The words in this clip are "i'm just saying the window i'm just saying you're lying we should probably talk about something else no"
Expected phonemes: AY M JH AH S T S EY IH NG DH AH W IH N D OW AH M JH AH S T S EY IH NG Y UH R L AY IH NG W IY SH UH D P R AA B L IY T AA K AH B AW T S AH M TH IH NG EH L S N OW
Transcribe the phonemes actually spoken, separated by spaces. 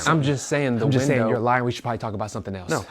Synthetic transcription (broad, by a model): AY M JH AH S T S EY IH NG DH AH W IH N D OW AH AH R L AY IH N W IY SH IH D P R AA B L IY T AA K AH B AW T S AH M TH IH NG EH L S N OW